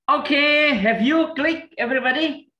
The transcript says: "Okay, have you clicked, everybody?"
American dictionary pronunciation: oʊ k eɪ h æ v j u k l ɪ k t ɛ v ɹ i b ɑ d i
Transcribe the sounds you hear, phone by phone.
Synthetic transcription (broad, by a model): oʊ k eɪ h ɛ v j u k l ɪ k ɛ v ɹ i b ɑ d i